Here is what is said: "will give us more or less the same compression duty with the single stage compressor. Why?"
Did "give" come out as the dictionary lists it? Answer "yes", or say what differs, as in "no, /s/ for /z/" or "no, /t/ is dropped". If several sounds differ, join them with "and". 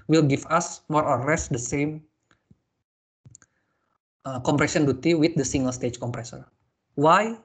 no, /f/ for /v/